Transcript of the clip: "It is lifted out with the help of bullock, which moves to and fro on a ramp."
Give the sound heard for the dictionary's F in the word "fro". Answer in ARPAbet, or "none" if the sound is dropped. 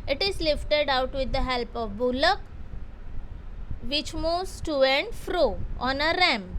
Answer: F